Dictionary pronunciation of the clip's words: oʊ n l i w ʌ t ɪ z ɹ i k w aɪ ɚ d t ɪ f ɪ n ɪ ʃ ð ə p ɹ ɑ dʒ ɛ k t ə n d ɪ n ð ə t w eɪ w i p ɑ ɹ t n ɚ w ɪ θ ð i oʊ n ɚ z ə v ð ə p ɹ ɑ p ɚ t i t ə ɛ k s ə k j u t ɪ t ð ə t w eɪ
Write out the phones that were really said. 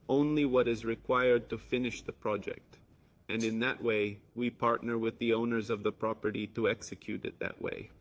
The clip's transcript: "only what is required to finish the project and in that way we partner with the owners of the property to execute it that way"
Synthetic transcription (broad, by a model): oʊ n l i w ʌ t ɪ z ɹ i k w aɪ ɚ d t ɪ f ɪ n ɪ ʃ ð ə p ɹ ɑ dʒ ɛ k t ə n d ɪ n ð ə t w eɪ w i p ɑ ɹ t n ɚ w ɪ ð i oʊ n ɚ z ə v ð ə p ɹ ɑ p ɚ t i t ə ɛ k s ə k j u t ɪ t ð ə t w eɪ